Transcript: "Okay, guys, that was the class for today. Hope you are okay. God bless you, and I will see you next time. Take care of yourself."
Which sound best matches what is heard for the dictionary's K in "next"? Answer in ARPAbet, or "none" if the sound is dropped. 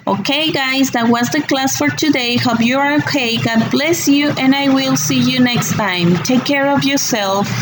K